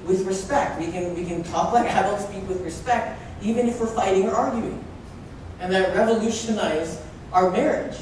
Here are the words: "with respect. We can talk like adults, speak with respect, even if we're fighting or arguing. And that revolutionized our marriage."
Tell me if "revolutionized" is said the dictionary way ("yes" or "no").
no